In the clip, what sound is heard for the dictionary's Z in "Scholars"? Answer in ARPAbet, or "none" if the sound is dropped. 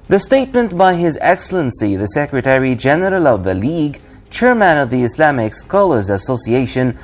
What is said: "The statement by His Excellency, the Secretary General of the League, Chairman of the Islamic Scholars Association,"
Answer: Z